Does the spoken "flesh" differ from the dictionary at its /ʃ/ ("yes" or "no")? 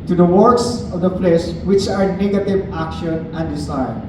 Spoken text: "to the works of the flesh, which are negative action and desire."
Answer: yes